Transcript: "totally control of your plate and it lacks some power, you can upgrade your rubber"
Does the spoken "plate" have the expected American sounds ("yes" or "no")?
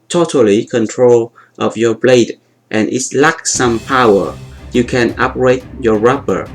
no